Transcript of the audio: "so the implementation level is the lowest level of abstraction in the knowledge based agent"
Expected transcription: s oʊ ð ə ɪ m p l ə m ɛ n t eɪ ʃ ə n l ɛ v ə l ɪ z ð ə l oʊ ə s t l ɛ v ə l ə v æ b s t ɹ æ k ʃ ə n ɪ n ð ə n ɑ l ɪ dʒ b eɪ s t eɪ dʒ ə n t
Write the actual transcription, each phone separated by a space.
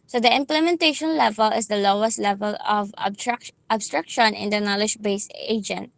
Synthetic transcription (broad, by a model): s oʊ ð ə ɪ m p l ə m ɛ n t eɪ ʃ ə n l ɛ v ə l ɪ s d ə l oʊ ə s t l ɛ v ə l ə v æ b s t ɹ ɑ k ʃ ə n ɪ n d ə n ɑ l ɪ dʒ b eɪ s eɪ dʒ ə n t